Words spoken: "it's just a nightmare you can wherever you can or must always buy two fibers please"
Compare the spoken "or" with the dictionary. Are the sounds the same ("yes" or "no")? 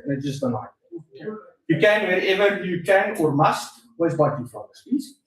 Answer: yes